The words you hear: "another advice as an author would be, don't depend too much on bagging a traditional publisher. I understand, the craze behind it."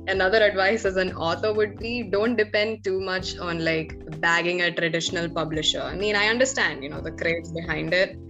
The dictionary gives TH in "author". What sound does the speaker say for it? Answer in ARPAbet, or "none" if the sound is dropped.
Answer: T